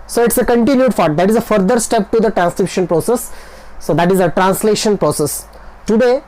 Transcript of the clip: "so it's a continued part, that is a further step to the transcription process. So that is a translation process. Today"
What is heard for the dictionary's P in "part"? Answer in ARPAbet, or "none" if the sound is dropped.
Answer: F